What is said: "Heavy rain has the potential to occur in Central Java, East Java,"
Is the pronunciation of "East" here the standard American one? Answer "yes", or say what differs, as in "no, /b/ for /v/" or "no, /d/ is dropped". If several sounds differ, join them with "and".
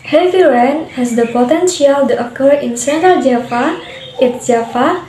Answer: no, /s/ is dropped